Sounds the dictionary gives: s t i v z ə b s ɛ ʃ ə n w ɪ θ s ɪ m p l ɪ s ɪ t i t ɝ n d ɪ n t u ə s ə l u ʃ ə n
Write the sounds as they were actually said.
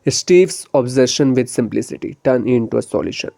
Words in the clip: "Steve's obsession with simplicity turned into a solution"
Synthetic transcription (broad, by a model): s t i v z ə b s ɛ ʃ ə n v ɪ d s ɪ m p l ɪ s ɪ t i t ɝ n ɪ n t u ə s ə l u ʃ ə n